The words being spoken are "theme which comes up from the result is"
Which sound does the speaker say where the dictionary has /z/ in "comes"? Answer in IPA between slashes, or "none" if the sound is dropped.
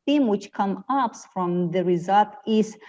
none